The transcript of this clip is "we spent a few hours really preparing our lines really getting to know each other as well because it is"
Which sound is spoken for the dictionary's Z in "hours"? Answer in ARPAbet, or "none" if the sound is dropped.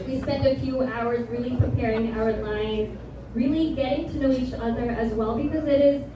Z